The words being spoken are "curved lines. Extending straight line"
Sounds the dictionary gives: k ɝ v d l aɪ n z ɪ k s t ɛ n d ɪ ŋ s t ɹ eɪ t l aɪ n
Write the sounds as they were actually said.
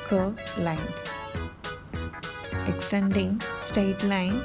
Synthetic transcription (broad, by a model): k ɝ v l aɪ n s ɪ k s t ɛ n d ɪ ŋ s t eɪ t l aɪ n